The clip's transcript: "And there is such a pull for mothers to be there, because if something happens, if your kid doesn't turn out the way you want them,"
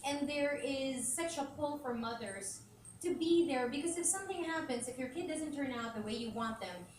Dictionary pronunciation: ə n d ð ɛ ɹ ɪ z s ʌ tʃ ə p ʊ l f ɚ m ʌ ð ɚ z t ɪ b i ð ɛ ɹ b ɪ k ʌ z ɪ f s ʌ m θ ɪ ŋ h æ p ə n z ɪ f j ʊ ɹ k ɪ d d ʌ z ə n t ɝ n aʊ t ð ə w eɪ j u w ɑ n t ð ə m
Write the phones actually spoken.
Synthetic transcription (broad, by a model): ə n ð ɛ ɹ ɪ z s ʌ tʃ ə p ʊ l f ɚ m ʌ ð ɚ z t ɪ b i ð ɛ ɹ b ɪ k ʌ z ɪ f s ʌ m θ ɪ ŋ h æ p ə n z ɪ f j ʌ ɹ k ɪ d d ʌ z ə n t ɝ n aʊ t ð ə w eɪ j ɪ w ɑ n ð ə m